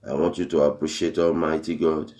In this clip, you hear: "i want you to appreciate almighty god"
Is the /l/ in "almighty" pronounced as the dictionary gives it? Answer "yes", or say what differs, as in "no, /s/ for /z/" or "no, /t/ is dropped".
yes